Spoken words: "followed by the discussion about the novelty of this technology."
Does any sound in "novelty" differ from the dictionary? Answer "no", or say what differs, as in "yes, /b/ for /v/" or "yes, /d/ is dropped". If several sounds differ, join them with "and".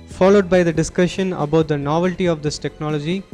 no